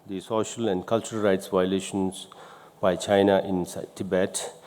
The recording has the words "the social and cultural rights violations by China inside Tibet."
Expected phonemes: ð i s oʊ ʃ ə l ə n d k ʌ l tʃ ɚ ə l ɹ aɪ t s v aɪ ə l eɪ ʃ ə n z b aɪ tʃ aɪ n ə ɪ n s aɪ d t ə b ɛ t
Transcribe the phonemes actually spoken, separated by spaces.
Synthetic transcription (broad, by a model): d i s oʊ ʃ ə l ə n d k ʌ l tʃ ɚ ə l ɹ aɪ t s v aɪ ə l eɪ ʃ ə n s b aɪ tʃ aɪ n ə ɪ n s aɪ t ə b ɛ t